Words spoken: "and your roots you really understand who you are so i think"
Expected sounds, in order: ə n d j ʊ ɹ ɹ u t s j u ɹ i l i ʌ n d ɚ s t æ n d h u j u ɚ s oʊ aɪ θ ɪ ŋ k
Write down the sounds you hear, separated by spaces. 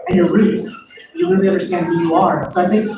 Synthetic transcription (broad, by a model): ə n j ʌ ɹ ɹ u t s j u w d n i ʌ n d ɚ s t æ n d h u j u ɚ s oʊ aɪ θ ɪ ŋ k